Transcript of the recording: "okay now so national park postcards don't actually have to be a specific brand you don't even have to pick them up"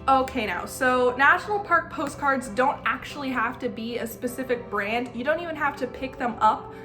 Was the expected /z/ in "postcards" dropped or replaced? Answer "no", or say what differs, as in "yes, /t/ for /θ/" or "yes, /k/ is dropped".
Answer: no